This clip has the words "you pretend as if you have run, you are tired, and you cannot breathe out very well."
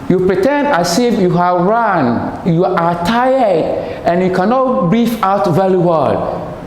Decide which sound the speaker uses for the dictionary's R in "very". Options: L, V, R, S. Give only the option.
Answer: L